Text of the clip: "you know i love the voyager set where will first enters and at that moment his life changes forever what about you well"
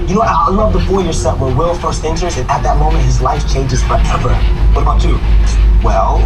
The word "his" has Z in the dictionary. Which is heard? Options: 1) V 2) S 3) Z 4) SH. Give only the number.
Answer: 3